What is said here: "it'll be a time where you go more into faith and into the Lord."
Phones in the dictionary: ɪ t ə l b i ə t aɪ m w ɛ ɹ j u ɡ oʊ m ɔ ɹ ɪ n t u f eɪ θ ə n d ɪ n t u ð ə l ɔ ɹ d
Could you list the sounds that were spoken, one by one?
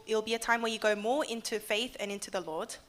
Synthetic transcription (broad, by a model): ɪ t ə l b i ə t aɪ m w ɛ j u ɡ oʊ m ɔ ɪ n t u f eɪ θ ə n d ɪ n t u ð ə l ɔ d